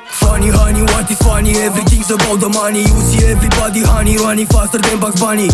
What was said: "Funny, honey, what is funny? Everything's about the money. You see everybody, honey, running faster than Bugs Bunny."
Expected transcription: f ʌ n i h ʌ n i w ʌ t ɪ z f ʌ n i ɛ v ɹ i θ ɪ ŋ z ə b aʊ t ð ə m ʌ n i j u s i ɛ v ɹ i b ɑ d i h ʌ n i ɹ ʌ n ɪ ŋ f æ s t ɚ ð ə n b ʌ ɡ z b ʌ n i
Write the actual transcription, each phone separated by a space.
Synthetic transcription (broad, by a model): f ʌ n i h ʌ n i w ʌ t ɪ s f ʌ n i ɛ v ɹ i t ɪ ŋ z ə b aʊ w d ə m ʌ n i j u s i ɛ v ɹ i b ɑ d i h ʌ n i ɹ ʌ n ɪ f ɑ s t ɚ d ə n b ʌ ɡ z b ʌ n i